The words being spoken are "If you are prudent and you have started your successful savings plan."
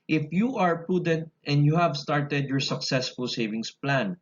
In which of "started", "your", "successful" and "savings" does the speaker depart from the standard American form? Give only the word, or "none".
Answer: savings